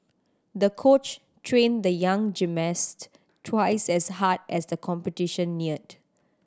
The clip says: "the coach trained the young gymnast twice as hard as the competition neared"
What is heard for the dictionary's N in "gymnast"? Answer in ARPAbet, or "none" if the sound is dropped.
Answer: none